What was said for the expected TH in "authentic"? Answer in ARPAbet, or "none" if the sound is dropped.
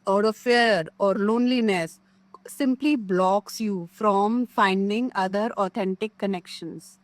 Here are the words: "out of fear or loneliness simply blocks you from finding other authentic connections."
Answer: T